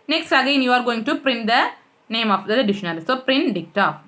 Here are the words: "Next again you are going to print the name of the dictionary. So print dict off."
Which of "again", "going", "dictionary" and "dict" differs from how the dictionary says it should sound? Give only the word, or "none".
dictionary